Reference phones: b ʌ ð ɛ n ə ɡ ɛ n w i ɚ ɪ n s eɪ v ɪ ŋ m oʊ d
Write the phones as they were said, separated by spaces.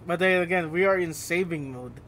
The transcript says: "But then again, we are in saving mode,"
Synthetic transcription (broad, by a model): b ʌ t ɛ ə ɡ ɛ n w i ɚ ɪ n s eɪ v ɪ ŋ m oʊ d